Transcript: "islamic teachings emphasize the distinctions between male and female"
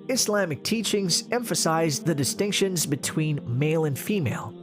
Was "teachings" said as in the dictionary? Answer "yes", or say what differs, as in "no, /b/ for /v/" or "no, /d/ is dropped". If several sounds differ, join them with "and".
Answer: yes